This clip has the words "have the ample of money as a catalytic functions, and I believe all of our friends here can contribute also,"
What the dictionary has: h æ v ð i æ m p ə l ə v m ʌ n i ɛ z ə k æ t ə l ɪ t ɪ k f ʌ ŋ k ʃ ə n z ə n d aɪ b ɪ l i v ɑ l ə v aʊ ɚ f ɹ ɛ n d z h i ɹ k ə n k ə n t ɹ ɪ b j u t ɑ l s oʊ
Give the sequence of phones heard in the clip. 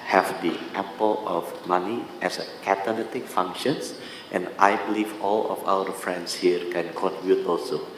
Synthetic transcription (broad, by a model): h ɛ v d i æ p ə l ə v m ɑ n i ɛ s ə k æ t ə n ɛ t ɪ k f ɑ ŋ k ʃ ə n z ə n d aɪ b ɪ l i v ɑ l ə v aʊ ɚ f ɹ ɛ n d s h i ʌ k ə n k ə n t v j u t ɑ l s oʊ